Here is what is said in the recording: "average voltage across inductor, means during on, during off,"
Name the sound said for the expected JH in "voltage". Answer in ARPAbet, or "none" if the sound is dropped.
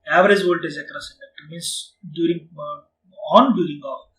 Z